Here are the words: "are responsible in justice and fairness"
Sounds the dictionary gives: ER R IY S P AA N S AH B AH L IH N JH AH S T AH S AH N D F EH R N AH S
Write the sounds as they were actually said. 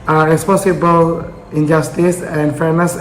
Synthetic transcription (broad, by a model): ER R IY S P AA S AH B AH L IH N JH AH S T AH S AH N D F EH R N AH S